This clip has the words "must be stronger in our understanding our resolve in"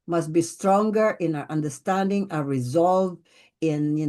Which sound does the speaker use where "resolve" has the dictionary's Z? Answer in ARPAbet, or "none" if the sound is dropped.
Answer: Z